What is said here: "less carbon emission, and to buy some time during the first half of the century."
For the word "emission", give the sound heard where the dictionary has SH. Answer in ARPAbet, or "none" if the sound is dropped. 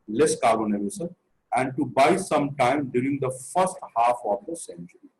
S